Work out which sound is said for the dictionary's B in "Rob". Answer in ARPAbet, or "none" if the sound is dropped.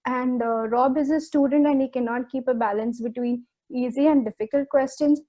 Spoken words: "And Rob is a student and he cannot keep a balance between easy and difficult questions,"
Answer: B